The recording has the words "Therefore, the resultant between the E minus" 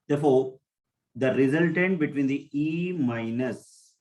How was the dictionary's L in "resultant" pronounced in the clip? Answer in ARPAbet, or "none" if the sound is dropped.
L